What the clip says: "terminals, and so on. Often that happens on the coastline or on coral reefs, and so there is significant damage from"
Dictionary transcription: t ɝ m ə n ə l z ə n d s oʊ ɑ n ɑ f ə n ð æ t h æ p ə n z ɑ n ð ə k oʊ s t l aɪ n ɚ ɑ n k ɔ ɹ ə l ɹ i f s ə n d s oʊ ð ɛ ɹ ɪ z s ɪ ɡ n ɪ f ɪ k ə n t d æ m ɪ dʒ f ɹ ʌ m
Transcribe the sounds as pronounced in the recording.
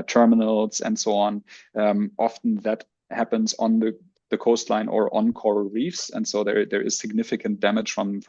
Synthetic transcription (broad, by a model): t ɝ m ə n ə l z ə n d s oʊ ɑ n ɑ f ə n ð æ t h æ p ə n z n ð ə k oʊ s t l aɪ n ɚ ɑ n k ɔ ɹ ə ɹ i f s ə n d s oʊ ð ɛ ɹ ɪ z s ɪ ɡ n ɪ f ɪ k ə n t d æ m ɪ dʒ f ɹ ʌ m